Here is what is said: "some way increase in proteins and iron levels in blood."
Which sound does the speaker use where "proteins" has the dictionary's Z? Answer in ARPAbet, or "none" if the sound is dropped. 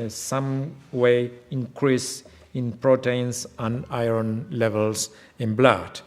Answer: S